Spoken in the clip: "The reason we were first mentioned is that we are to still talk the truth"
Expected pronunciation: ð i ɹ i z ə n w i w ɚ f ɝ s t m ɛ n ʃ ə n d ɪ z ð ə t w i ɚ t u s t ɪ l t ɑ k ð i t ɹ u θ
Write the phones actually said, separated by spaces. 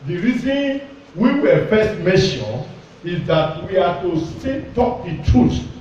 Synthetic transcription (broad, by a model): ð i ɹ i z ə n w i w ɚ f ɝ s t m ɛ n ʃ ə n ɪ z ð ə t w i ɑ t u s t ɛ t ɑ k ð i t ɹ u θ